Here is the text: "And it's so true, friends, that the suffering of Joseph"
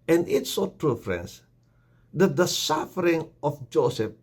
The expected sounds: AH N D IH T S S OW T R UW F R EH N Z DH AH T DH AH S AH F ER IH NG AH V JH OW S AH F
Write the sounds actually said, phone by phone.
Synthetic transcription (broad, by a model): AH N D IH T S S OW T R UW F R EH N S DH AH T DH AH S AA F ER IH NG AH F JH OW S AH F